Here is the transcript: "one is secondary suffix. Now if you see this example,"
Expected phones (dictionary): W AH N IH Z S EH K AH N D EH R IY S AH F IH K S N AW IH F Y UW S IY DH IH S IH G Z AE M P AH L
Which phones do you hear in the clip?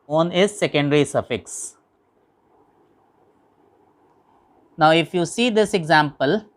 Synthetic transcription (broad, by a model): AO N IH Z S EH K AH N D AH R IY S AH F IH K S N AW IH F Y UW S IY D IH S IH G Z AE M P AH L